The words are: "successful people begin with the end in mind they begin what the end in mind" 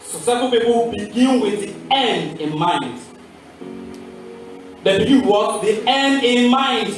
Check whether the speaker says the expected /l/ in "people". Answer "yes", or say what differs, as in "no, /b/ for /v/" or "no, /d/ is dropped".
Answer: no, /w/ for /l/